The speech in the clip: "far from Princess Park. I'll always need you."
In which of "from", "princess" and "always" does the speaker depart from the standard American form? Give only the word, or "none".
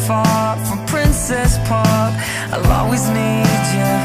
always